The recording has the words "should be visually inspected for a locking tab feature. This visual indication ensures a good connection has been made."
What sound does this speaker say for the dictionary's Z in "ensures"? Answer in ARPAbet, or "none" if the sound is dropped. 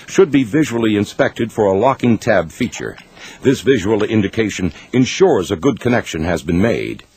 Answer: Z